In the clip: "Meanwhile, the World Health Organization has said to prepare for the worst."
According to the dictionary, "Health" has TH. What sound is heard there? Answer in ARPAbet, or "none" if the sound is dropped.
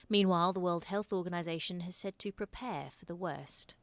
TH